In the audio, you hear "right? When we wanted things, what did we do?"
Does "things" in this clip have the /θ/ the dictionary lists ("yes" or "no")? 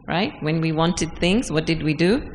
yes